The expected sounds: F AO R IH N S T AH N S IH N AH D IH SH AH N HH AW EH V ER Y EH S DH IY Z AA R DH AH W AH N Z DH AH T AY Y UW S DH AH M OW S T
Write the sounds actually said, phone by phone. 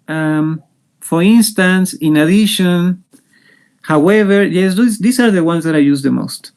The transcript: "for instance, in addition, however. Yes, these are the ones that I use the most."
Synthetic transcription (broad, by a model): F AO R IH N S T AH N S IH N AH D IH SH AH N HH AW EH V ER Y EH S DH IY S AA R DH AH W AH N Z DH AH T AY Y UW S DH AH M OW S T